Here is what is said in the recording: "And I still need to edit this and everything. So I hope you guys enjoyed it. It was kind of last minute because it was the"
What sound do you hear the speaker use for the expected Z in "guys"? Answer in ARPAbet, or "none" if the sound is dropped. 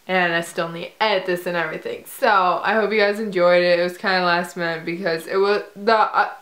Z